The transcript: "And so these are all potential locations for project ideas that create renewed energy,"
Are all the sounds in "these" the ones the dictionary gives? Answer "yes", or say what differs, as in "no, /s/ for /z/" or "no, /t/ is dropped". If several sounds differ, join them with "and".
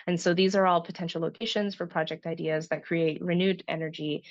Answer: yes